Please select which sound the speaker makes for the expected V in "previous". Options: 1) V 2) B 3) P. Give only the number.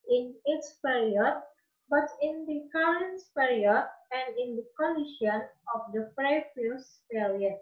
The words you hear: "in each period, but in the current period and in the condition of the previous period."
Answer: 3